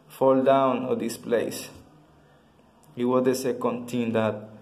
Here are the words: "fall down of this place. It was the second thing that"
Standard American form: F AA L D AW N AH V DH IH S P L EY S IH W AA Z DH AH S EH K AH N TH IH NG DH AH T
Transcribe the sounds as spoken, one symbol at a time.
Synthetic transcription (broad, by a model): F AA L D AW N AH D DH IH S P L EY S IH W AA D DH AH S EH K AH N T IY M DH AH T